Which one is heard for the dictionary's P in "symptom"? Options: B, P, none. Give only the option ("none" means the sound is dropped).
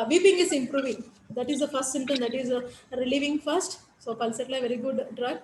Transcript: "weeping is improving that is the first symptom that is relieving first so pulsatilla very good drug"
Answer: none